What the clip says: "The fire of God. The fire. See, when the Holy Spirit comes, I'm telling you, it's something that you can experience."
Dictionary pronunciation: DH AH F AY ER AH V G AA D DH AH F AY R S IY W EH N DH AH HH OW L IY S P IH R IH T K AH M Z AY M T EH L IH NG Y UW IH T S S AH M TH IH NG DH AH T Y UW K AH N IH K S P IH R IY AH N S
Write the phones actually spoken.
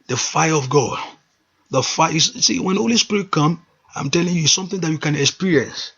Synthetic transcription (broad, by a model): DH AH F AY ER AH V G AA D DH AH F AY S S IY W EH N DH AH HH OW L IY S P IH R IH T K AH M AY M T EH L IH NG Y UW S S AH M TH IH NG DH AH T Y UW K AH N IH K S P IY R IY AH N S